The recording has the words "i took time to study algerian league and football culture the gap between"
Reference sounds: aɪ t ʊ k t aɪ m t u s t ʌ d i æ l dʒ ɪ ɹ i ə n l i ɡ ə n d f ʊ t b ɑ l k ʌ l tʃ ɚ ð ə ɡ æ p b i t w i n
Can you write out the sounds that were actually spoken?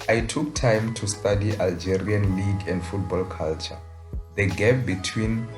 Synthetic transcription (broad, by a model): aɪ t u k t aɪ m t u s t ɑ d i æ l dʒ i ɹ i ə n l i ɡ ə n d f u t b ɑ l k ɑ l tʃ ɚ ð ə ɡ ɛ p b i t w i n